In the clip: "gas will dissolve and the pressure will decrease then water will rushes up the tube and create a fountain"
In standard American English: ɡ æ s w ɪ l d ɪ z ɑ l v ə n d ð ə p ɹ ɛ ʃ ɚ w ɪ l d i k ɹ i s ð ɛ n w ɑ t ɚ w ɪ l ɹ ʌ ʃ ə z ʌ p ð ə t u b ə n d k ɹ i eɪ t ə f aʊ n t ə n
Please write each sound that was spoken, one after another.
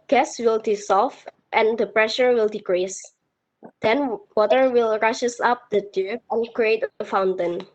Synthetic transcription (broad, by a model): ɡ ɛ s w ɪ l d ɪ s ɑ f ə n d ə p ɹ ɛ ʃ ɚ w ɪ l d i k ɹ i s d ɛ n w ɑ t ɚ w ɪ l ɹ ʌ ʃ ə s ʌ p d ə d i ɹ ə n k ɹ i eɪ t ə f aʊ n t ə n